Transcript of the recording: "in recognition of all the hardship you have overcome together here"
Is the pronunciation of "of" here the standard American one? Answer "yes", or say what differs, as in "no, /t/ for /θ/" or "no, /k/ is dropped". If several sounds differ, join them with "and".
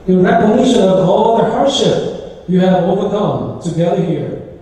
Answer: yes